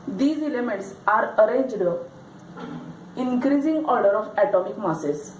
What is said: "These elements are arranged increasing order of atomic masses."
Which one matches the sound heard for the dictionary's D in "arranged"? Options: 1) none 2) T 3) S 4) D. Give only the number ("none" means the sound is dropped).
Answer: 4